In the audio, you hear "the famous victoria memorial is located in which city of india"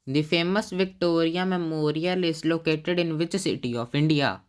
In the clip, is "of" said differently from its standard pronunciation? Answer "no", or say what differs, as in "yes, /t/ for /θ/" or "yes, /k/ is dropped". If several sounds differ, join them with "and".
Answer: yes, /p/ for /v/